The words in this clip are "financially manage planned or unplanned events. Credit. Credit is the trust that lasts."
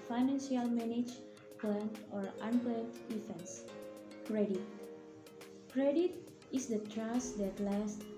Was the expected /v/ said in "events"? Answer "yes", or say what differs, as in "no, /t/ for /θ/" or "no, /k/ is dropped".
no, /f/ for /v/